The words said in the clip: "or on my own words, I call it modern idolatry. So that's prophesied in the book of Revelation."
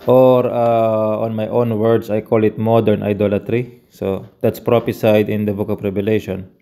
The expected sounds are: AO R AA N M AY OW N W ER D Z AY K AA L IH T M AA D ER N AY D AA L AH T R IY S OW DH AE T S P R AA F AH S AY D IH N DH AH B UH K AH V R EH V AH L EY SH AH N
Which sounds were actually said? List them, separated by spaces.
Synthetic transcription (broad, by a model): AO R AA N M AY OW N W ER D S AY K AA L IH T M AA D ER N AY D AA L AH T R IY S OW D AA T S P R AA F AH S AY D IH N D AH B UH K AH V R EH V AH L EY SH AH N